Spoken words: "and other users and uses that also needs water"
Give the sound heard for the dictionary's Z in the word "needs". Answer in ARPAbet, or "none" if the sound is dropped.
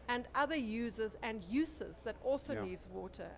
Z